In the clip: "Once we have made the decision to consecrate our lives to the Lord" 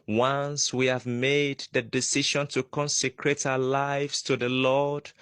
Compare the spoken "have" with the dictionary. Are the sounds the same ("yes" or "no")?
yes